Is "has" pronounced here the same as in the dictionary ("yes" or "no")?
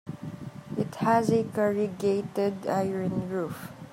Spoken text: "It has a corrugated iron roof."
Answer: yes